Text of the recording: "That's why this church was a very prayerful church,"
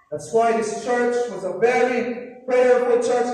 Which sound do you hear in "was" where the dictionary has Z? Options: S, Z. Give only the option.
Z